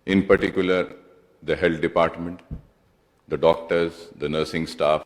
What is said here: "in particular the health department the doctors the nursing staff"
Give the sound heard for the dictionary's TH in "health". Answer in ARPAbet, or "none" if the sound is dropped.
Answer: T